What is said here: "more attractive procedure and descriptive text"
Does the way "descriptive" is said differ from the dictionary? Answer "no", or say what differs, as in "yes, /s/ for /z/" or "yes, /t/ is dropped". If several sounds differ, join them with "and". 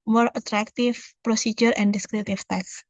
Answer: yes, /p/ is dropped